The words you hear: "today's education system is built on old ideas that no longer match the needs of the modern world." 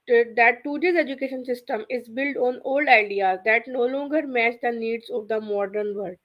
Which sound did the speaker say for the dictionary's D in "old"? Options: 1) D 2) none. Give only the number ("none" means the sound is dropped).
1